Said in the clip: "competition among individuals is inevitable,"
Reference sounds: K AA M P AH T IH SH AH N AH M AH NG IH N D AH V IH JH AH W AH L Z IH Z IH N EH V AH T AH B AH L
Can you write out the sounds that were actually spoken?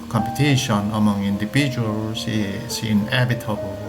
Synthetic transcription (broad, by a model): K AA M P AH T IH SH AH N AH M AH NG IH N D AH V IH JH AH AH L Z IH S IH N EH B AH T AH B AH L